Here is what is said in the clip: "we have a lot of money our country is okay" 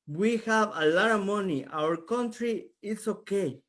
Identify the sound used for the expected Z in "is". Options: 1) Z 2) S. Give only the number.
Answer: 2